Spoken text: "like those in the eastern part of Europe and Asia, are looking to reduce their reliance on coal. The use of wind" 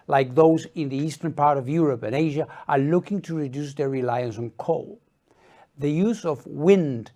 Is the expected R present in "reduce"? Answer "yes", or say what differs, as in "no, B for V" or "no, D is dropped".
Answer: yes